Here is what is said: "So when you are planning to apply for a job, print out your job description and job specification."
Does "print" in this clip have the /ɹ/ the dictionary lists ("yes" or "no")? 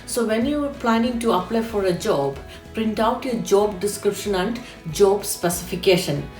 yes